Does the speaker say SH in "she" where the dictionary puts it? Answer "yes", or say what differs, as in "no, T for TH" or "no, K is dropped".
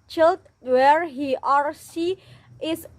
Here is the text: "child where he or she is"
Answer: no, S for SH